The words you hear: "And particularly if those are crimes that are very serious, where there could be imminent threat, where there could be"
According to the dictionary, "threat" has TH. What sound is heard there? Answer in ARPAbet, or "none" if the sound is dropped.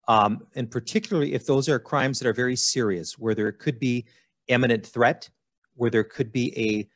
TH